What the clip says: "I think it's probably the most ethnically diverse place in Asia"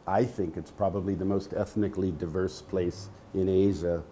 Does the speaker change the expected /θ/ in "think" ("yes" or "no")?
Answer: no